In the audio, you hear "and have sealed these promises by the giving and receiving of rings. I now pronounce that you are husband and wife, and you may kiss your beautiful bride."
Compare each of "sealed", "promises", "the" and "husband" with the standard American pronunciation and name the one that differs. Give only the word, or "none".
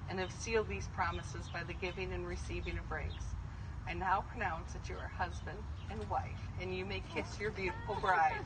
none